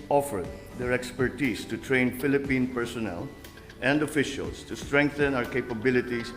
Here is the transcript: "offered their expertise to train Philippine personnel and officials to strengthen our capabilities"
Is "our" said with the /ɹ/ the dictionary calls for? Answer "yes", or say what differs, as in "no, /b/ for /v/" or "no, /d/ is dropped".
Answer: yes